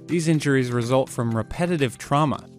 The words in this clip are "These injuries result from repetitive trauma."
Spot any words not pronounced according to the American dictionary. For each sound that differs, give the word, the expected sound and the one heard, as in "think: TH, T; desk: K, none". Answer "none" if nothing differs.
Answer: none